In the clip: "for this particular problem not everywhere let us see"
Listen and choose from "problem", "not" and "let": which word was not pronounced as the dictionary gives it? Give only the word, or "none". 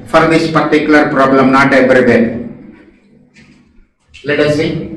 none